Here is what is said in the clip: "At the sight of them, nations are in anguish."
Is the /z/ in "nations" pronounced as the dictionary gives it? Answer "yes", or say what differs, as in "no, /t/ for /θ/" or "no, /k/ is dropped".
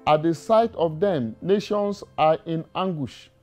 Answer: no, /s/ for /z/